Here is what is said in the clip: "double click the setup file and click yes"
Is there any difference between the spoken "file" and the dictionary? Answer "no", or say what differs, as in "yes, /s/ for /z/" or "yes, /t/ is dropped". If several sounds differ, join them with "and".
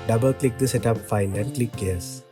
yes, /n/ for /l/